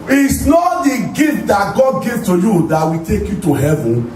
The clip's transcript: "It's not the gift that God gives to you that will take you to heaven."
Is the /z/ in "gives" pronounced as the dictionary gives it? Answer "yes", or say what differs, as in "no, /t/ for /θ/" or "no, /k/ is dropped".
no, /z/ is dropped